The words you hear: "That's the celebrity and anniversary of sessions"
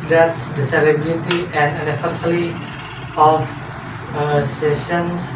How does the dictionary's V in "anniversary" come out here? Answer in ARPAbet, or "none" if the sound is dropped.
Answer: F